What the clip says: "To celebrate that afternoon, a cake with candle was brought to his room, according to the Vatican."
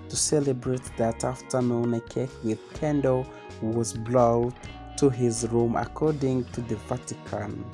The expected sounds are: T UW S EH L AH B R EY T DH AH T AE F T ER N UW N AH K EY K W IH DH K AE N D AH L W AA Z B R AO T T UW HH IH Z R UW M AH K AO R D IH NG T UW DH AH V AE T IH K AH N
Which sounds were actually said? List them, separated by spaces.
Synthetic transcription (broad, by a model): T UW S EH L AH B R EY T DH AH T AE F T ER N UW N AH K EY K W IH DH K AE N D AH W AA Z B L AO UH T UW HH IH Z R UW M AH K AO R D IH NG T UW DH AH V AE T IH K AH N